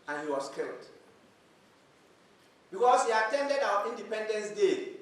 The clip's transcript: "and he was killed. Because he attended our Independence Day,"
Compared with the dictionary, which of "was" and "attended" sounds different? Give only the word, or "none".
was